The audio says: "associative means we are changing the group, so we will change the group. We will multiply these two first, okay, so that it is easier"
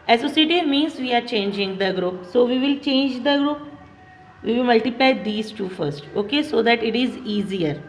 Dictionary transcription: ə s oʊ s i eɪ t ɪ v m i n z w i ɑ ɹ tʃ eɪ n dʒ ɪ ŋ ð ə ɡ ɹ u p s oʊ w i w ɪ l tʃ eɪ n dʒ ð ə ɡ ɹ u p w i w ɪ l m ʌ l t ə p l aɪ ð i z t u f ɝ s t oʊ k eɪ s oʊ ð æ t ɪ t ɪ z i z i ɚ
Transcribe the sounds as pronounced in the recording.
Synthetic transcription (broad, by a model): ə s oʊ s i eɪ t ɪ m i n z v i ɑ ɹ tʃ eɪ n dʒ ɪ ŋ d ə ɡ ɹ u p s oʊ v i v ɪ l tʃ eɪ n dʒ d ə ɡ ɹ u p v i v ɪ l m ʌ l t ə p l aɪ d i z t u f ɝ s t oʊ k eɪ s oʊ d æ t ɪ t ɪ z i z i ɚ